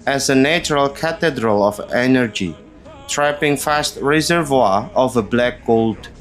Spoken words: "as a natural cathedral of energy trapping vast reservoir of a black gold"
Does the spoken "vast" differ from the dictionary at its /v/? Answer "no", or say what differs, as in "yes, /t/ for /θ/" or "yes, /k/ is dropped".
yes, /f/ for /v/